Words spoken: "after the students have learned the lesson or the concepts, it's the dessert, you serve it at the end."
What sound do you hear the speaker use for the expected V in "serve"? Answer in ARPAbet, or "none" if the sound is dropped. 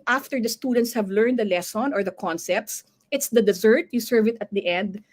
V